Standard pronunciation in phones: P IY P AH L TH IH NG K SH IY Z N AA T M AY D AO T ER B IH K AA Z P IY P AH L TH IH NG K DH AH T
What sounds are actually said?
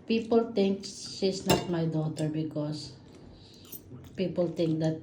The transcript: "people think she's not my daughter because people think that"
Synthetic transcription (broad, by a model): P IY P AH L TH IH NG K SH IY S N AA T M AY D AO T ER B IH K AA S P IY P AH L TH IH NG K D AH T